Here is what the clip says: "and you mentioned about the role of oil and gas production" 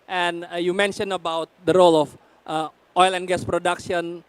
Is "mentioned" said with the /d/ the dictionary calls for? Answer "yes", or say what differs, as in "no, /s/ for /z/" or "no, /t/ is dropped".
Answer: no, /d/ is dropped